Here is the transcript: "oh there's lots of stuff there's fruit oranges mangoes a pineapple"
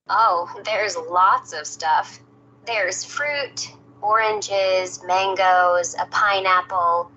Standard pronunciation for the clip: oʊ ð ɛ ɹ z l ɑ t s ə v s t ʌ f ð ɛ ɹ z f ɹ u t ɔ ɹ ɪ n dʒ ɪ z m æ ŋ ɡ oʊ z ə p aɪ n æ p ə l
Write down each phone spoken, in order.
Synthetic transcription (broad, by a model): oʊ ð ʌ ɹ z l ɑ t s ə v s t ʌ f ð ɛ ɹ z f ɹ u t ɔ ɹ ɪ n dʒ ɪ z m æ ŋ ɡ oʊ z ə p aɪ n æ p l